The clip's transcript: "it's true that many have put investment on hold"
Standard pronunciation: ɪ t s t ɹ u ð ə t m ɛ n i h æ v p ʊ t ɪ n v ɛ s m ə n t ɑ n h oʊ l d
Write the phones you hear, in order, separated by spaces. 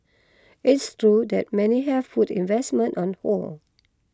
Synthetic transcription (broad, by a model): ɪ t s t ɹ u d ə t m ɛ n i h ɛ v f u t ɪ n v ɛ s m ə n t ɑ n h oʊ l